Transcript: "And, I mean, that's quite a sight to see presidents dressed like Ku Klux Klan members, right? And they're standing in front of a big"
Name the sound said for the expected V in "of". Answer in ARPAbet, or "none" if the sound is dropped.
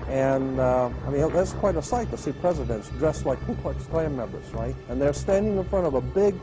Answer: V